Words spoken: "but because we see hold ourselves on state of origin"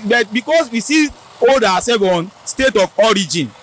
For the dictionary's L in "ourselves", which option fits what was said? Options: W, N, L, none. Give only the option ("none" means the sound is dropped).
none